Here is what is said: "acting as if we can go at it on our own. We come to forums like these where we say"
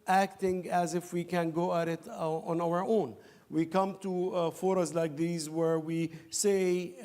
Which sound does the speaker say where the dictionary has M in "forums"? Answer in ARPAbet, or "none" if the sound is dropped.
none